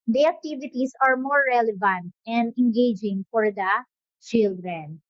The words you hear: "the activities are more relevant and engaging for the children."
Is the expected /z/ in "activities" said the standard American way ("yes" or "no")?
no